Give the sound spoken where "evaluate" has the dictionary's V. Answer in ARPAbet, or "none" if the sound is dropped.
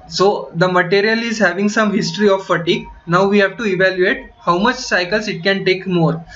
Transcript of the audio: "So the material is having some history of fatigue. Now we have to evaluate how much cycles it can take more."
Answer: V